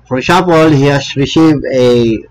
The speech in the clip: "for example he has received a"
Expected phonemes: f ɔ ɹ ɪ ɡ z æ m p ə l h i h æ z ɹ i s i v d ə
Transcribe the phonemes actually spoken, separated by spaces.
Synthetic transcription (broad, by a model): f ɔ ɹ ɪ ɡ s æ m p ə l h i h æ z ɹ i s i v ə